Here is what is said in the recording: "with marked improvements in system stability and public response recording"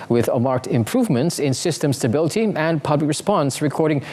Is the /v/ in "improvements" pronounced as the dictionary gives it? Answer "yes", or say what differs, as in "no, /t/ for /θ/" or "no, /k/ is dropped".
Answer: yes